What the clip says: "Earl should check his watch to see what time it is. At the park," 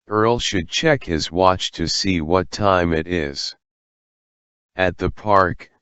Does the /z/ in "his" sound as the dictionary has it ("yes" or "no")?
yes